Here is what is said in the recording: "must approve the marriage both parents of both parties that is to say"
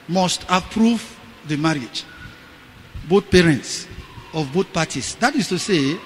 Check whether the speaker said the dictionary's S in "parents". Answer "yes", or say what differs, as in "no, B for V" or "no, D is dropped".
yes